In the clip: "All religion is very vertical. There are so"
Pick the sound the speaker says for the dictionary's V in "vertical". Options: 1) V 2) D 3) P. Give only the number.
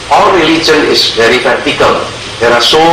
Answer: 3